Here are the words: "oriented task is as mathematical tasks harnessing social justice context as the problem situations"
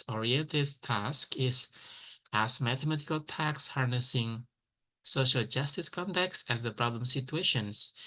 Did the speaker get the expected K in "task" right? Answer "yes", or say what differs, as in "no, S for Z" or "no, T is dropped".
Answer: yes